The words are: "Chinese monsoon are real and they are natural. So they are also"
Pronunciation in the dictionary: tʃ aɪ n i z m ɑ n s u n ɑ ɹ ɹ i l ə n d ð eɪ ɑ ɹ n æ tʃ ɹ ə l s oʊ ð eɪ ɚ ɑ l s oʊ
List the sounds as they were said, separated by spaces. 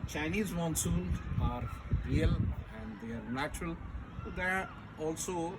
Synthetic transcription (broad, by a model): tʃ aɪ n i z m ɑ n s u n ɑ ɹ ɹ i l ə n d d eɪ ɑ ɹ n æ tʃ ɹ ə l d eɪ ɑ l s oʊ